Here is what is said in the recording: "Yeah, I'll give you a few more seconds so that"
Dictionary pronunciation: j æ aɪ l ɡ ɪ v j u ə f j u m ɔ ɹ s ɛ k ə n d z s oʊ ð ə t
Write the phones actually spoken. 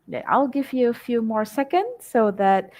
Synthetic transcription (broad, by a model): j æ aɪ l ɡ ɪ v j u ə f j u m ɔ ɹ s ɛ k ə n d z s oʊ ð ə t